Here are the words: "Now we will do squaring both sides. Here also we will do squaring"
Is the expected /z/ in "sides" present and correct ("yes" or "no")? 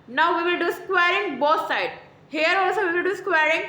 no